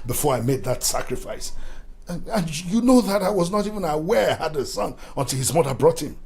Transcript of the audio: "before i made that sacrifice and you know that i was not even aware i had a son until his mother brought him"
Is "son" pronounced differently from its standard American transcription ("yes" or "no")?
no